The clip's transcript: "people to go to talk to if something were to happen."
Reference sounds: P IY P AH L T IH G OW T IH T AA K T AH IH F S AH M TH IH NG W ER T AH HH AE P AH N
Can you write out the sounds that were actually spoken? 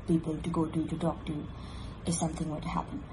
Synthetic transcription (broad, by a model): P IY P L T IH G OW T IH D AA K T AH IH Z S AH M TH IH NG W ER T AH HH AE P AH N